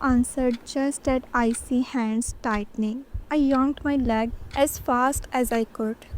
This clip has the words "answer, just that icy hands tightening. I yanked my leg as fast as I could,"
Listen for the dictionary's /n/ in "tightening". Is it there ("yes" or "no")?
yes